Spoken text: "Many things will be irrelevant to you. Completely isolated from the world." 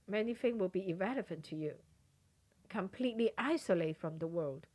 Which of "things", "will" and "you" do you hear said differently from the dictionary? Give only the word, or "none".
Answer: things